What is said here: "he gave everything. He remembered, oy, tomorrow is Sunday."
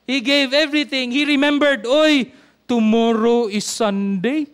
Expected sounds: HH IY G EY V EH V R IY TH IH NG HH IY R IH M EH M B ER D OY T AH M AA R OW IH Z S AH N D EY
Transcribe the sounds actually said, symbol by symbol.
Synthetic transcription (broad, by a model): HH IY G EY V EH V R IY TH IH NG HH IY R IH M EH M B ER D OY T AH M AA R OW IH S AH N D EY